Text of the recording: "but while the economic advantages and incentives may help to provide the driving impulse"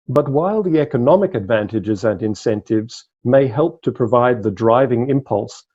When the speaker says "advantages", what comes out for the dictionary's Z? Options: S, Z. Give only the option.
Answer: Z